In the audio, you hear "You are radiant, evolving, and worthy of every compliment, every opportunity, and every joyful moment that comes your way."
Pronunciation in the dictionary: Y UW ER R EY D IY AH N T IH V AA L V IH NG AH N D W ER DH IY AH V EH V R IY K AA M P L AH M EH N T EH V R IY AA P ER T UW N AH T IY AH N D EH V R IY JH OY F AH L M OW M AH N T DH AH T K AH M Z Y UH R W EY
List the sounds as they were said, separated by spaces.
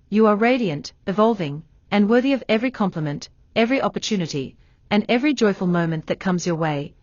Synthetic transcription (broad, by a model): Y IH ER R EY D IY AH N T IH V AA L V IH NG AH N W ER DH IY AH V EH V R IY K AA M P L AH M EH N T EH V R IY AA P ER T UW N AH T IY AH N EH V R IY JH OY F AH L M OW M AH N DH AH T K AH M Z Y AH R W EY